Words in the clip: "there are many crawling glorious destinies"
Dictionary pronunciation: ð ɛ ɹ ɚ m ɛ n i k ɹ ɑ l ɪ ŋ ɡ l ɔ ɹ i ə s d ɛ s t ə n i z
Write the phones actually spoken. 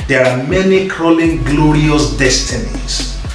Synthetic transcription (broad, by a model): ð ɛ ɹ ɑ m ɛ n i k ɹ ɑ l ɪ ŋ ɡ l ɔ ɹ i ə s d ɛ s t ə n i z